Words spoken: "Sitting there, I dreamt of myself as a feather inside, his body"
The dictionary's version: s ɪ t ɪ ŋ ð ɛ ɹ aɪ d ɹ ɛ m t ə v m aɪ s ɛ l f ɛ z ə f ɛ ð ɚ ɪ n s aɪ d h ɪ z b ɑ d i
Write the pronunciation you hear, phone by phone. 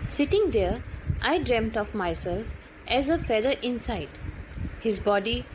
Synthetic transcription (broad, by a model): s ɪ t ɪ ŋ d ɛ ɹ aɪ d ɹ ɛ m t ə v m aɪ s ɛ l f ɛ z ə f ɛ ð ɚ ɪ n s aɪ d h ɪ z b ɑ d i